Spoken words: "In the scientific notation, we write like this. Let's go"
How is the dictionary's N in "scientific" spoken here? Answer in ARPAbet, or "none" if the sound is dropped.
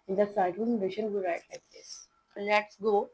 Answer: none